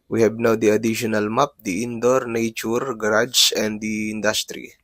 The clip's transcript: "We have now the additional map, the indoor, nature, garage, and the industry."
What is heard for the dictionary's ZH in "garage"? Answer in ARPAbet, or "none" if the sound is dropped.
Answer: S